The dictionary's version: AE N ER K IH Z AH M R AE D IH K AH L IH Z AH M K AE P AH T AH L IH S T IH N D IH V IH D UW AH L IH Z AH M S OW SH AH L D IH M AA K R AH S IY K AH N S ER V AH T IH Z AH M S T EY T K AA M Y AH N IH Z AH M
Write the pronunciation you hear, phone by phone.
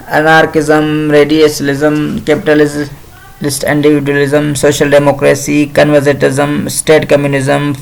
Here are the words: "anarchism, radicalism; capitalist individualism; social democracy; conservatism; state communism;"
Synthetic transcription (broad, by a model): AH N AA K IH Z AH M R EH D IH AH L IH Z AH M K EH P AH T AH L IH S T IH N D IH V IH D UW AH L IH Z AH M S OW SH AH L D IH M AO K R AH S IY K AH N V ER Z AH T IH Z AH M S T EY T K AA M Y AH N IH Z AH M